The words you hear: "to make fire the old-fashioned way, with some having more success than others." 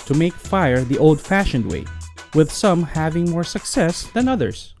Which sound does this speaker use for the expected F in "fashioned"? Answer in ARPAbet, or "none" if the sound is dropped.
F